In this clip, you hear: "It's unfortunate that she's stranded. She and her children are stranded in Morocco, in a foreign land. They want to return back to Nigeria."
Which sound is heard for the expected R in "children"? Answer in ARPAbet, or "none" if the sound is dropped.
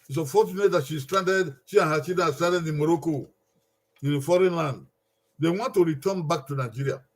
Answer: none